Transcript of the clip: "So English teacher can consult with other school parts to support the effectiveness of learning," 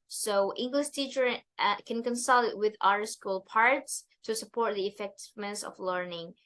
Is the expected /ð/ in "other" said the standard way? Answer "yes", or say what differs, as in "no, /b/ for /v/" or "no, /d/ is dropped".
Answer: no, /ð/ is dropped